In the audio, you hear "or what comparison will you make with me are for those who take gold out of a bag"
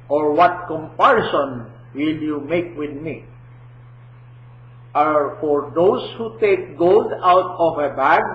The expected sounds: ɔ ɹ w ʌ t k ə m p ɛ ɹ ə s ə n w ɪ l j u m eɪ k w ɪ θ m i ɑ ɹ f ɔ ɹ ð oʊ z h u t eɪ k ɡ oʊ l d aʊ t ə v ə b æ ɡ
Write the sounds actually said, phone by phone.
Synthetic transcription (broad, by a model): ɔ ɹ w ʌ t k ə m p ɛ ɹ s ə n w ɪ l j u m eɪ k w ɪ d m i ɑ ɹ f ɔ ɹ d oʊ s h u t eɪ k ɡ oʊ l d aʊ t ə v ə b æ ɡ